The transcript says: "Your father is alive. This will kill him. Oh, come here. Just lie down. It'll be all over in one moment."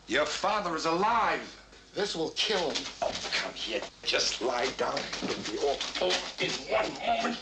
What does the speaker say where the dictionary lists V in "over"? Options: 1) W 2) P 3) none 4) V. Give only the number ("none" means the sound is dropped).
3